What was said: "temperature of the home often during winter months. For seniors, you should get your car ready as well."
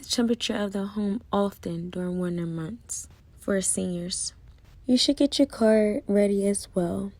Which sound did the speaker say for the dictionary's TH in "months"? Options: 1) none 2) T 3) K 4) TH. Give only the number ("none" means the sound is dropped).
4